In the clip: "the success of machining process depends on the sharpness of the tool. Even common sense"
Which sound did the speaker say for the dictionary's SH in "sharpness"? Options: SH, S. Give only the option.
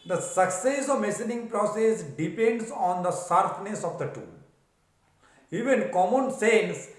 S